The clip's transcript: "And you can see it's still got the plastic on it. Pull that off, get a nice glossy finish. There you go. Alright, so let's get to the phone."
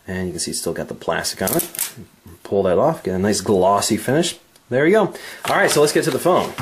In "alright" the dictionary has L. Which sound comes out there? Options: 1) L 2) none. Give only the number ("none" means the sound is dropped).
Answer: 1